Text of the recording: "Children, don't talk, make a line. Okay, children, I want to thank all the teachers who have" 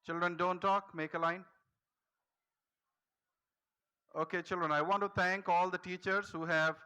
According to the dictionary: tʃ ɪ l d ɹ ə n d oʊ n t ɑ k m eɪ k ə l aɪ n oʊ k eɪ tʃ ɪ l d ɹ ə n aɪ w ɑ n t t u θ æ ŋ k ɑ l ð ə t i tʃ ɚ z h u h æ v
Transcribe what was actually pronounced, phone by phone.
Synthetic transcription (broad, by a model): tʃ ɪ l d ɹ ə n d oʊ n t ɑ k m eɪ k ə l aɪ n oʊ k eɪ tʃ ɪ l d ɹ ə n aɪ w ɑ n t t u t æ ŋ k ɑ l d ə t i tʃ ɚ z h u h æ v